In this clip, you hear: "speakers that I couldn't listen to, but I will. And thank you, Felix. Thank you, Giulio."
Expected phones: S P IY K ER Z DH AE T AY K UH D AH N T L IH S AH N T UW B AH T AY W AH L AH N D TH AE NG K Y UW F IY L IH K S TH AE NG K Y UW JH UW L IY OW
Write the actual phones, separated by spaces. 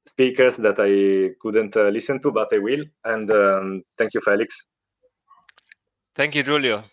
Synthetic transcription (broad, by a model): S P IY K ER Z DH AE T AY K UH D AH N T L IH S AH N T UW B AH T AY W AH L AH N D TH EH NG K Y UW F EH L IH K S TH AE NG K Y UW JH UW L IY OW